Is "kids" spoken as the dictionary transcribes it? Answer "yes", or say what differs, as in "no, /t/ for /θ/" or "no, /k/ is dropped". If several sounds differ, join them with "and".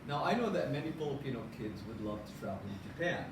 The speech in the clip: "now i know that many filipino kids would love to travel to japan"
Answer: yes